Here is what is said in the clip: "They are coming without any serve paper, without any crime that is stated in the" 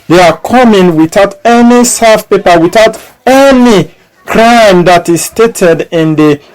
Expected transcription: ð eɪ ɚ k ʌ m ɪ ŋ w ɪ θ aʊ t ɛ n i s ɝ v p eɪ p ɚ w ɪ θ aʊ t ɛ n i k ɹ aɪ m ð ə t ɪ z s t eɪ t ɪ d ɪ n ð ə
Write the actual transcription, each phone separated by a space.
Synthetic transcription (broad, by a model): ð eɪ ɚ k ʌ m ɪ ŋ w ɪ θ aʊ t ɛ n i s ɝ f p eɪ p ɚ w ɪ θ aʊ t ɛ n i k ɹ aɪ m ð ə t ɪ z s t eɪ t ɪ d ɪ n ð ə